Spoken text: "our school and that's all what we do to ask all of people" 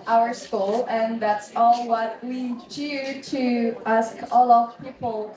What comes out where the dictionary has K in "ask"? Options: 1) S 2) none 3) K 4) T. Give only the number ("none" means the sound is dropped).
3